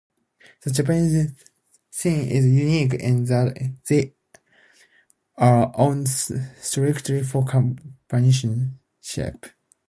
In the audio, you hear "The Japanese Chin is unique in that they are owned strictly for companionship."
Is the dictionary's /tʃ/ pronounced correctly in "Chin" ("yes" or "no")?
no